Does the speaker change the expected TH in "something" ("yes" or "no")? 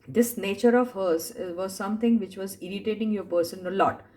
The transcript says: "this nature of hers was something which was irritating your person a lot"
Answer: yes